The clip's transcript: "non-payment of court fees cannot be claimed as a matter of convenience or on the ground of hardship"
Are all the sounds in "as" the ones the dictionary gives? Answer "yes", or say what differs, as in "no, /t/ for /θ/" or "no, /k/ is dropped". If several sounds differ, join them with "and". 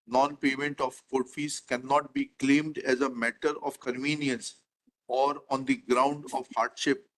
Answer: yes